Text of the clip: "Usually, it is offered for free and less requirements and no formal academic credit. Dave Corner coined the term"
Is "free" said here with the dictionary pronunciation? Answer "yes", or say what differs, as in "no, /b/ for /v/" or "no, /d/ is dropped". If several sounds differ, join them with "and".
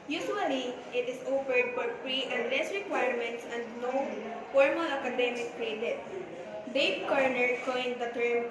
no, /p/ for /f/